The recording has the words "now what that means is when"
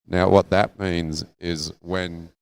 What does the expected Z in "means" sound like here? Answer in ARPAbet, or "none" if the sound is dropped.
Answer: Z